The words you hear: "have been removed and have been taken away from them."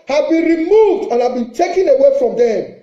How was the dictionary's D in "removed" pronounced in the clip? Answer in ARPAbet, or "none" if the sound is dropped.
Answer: D